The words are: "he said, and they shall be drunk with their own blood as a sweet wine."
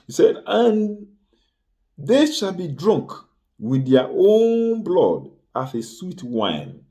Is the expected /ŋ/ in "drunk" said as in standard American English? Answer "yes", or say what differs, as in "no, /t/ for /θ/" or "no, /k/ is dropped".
yes